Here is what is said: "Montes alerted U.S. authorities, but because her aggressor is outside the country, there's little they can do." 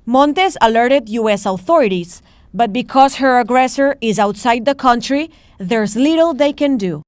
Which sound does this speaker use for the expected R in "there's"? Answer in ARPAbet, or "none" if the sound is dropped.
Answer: R